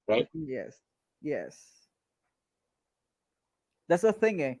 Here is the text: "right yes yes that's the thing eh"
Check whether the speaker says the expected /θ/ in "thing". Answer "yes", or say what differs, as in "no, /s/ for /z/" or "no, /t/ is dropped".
yes